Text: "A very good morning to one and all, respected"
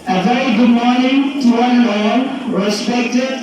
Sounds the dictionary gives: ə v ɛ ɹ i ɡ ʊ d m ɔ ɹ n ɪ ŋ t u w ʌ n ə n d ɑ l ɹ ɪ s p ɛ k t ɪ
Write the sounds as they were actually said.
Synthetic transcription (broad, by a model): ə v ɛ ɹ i ɡ ʊ d m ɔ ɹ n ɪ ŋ t u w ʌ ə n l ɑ n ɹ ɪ s p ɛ k t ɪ